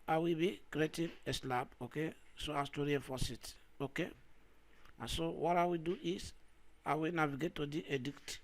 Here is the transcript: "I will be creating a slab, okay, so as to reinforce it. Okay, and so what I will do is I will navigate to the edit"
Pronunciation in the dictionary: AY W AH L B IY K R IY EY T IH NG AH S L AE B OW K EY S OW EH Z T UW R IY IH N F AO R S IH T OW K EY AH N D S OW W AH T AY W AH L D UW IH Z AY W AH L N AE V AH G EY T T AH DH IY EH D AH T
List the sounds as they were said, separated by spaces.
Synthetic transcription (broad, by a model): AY W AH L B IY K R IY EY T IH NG AH S L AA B OW K EY S OW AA S T UW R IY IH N F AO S IH T OW K EY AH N S OW W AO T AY W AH D UW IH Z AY W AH N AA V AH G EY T T AH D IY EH D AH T